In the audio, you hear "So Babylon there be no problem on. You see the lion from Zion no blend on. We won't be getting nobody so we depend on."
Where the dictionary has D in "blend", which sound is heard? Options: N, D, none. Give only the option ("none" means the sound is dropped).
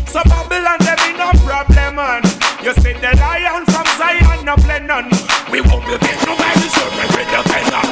none